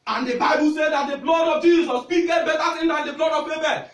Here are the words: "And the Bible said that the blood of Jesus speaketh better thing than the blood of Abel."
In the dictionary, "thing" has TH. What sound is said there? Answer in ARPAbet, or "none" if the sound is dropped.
T